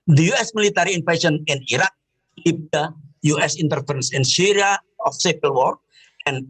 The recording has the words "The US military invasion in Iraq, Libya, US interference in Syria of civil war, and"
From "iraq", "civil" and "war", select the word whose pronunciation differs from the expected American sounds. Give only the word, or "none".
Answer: civil